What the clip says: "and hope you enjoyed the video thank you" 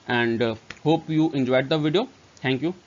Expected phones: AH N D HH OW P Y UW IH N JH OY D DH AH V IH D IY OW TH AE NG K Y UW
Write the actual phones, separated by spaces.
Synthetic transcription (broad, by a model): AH N D HH OW P Y UW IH N JH OY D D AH V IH D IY OW T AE NG K Y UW